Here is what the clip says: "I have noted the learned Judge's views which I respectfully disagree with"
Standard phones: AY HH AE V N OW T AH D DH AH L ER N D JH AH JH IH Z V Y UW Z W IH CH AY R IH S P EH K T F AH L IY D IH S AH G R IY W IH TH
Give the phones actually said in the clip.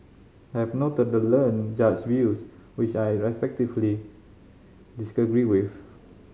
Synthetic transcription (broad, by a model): AY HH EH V N OW T AH D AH L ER N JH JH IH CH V Y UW S W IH CH AY R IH S P EH K T AH L IY D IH S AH G R IY W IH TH